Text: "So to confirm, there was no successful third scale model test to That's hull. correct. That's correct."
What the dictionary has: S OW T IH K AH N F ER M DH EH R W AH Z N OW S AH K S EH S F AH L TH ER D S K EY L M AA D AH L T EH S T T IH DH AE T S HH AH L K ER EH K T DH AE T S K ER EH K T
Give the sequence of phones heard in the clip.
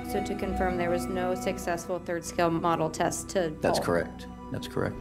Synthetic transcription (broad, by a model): S OW T IH K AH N F ER M DH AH R W AH Z N OW S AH K S EH S F L TH ER D S K EY L M AA D L T EH S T T IH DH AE S K ER EH K T DH AE T S K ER EH K T